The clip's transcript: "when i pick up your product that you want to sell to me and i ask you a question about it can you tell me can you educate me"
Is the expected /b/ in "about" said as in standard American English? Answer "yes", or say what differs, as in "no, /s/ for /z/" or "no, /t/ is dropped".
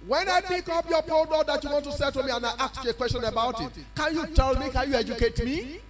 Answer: yes